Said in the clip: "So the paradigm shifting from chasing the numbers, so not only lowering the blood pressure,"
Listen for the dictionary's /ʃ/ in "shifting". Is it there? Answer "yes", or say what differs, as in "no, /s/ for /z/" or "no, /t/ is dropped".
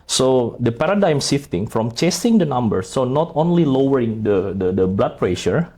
no, /s/ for /ʃ/